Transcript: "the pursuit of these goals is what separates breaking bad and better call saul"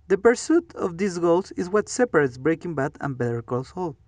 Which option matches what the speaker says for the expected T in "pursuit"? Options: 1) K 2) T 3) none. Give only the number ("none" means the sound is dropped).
2